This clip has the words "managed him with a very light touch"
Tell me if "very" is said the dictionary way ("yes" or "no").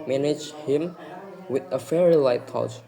no